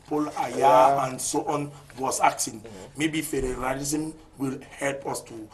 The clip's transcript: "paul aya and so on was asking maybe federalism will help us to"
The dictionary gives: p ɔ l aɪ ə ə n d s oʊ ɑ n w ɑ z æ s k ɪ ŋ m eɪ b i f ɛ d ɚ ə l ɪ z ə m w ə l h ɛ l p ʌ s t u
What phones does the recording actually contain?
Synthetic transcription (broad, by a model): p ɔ l aɪ ə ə n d s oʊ ɑ n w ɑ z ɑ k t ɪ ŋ m eɪ b i f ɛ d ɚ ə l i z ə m w ə l h ɛ l p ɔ s t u